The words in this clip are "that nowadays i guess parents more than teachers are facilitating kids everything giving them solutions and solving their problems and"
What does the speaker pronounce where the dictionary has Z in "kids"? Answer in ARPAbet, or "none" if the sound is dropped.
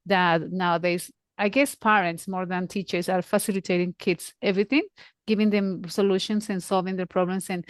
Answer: S